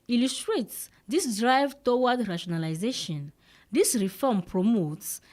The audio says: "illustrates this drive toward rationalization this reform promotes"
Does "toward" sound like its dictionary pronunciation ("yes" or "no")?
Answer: no